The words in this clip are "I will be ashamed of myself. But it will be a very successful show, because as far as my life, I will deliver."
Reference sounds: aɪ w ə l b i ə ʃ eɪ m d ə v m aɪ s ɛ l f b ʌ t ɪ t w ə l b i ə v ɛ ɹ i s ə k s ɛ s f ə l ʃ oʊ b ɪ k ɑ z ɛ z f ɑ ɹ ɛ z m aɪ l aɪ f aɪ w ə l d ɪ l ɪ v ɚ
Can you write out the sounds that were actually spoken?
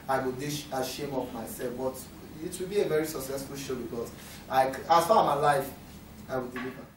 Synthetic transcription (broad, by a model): aɪ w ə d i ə ʃ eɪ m ə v m aɪ s ɛ l f b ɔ t ɪ t w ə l b i ə v ɛ ɹ i s ə k s ɛ s f ə l ʃ oʊ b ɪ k ɑ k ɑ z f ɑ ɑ m aɪ l aɪ f aɪ w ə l d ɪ l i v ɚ